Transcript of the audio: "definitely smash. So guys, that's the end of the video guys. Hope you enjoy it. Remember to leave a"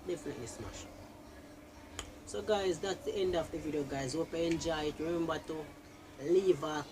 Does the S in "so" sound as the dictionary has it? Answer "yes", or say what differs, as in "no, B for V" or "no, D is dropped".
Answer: yes